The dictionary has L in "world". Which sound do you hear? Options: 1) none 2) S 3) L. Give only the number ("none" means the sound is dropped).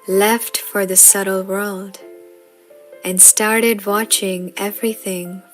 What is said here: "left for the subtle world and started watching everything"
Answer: 3